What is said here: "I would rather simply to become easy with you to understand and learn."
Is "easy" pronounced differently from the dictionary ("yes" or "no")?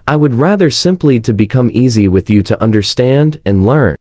no